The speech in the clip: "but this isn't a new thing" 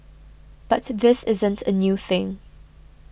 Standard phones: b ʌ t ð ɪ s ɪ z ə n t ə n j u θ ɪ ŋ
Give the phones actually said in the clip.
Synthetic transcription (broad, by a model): b ʌ t ð ɪ s ɪ z ə n t ə n j u θ ɪ ŋ